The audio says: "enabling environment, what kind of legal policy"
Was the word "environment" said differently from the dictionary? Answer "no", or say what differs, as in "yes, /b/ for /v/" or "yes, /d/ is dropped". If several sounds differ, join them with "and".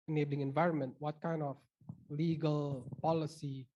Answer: no